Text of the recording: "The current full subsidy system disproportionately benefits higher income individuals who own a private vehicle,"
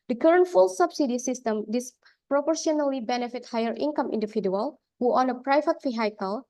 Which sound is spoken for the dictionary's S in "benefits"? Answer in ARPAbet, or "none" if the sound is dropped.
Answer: none